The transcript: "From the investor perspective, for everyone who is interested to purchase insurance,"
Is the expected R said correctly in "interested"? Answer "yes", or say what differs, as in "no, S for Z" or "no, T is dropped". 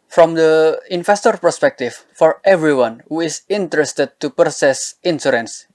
yes